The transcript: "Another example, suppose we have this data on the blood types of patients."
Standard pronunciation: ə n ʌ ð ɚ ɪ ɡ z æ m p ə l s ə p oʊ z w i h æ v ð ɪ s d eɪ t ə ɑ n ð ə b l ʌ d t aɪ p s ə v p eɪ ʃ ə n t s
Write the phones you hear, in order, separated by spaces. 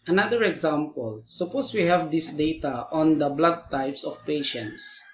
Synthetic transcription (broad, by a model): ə n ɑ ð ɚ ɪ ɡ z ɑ m p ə l s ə p oʊ s w i h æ v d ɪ s d eɪ t ə ɑ n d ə b l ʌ d t aɪ p s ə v p eɪ ʃ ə n t s